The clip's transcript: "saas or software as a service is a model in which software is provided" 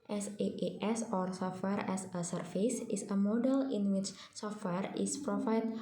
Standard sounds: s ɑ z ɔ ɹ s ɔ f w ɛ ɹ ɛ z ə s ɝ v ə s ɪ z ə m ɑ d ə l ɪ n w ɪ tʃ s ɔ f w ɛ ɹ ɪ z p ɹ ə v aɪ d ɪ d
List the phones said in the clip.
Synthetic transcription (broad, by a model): s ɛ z ɔ ɹ s ɔ f w ɛ ɹ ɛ s ə s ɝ f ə s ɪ s ə m ɑ d ə l ɪ n w ɪ tʃ s ɔ f w ɛ ɹ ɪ s p ɹ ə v aɪ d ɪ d